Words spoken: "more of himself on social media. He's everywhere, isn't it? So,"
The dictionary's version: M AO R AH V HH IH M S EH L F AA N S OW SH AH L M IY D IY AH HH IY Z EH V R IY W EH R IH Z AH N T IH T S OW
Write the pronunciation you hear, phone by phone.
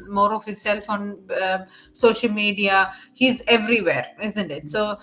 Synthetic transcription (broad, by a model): M AO R AH V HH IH S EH L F AA N S OW SH AH L M IY D IY AH HH IY Z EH V R IY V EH R IH Z AH N T IH T S OW